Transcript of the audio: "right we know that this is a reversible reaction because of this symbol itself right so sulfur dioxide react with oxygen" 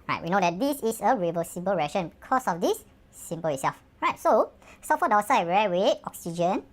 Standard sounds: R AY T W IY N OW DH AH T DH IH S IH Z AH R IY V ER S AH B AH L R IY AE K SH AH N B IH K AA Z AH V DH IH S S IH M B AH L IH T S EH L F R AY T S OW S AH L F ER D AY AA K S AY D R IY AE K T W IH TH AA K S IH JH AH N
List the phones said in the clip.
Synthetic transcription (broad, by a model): R AY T W IY N OW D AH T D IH S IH S AH R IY V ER S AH B AH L R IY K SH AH N B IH K AA S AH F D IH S S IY M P AH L IH T S EH L F R AY T S OW S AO F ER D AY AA S AY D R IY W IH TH AA K S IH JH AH N